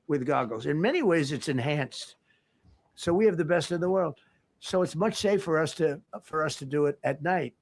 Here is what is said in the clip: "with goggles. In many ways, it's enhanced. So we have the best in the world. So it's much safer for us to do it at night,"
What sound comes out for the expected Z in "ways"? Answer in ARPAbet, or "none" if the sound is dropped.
Z